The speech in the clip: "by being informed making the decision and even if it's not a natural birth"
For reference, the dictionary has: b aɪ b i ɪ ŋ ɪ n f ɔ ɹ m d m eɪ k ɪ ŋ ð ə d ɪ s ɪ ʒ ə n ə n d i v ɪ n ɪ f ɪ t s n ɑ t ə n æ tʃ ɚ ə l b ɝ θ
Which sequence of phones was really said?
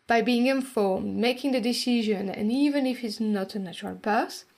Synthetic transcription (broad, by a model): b aɪ b i ɪ ŋ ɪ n f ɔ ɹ m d m eɪ k ɪ ŋ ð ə d ɪ s ɪ ʒ ə n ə n i v ɪ n ɪ f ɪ t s n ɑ t ə n æ tʃ ɚ ə l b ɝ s